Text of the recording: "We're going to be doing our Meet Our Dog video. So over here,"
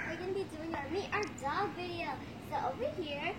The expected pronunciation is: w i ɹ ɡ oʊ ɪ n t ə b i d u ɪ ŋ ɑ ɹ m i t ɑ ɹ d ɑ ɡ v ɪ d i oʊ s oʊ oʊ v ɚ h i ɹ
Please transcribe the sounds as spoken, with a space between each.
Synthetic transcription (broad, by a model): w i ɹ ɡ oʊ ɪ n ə b i d u ɪ ŋ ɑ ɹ m i t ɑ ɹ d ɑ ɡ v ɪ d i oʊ s oʊ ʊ w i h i ɹ